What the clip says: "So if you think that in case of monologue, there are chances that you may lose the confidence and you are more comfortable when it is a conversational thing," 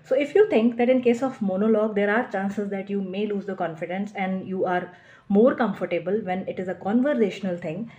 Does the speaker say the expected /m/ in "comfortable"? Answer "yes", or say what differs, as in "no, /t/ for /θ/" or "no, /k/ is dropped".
yes